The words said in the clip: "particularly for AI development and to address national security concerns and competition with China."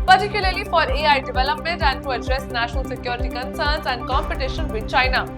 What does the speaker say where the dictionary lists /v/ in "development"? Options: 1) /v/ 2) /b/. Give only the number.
1